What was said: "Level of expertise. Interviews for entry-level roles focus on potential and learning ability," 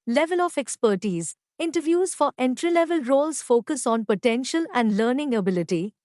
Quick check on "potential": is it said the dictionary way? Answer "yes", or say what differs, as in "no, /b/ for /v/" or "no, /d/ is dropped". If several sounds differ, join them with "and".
yes